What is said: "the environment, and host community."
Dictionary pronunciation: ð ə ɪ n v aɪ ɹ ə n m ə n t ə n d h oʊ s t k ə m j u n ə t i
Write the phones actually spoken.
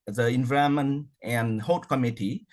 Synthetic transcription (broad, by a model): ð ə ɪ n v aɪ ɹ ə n m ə n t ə n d h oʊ t k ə m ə t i